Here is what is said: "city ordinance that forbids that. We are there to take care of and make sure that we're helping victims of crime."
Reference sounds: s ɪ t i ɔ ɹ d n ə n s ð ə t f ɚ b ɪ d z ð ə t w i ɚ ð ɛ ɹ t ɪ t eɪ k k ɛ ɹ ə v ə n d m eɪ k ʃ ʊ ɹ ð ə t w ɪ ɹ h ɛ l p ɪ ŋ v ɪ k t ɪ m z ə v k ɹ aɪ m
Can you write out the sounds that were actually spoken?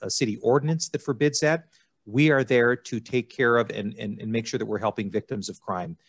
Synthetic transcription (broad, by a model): s ɪ t i ɔ ɹ d n ə n s ð ə t f ɚ b ɪ d z ð ə t w i ɚ ð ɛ ɹ t ɪ t eɪ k k ɛ ɹ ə v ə n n m eɪ k ʃ ʊ ɹ ð ə t w ɪ ɹ h ɛ l p ɪ ŋ v ɪ k t ɪ m z ə v k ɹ aɪ m